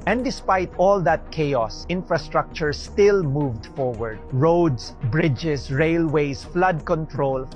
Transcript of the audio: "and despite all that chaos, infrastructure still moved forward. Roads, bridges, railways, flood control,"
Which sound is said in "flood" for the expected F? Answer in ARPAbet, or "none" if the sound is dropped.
F